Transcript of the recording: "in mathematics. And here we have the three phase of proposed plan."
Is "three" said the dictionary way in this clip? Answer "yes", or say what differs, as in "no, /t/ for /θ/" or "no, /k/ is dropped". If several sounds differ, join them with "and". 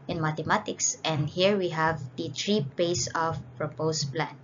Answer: no, /t/ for /θ/